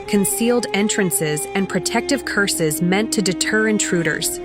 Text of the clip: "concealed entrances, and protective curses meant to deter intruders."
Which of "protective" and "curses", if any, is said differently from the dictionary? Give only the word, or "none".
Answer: none